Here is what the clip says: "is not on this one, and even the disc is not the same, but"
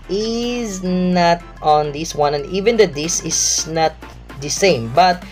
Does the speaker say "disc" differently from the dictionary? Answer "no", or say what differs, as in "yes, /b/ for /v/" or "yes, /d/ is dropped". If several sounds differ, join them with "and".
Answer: yes, /k/ is dropped